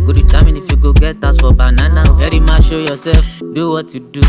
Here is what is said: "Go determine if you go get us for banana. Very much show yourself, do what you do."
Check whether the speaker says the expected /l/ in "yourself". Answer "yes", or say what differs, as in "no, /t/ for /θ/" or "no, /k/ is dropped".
no, /l/ is dropped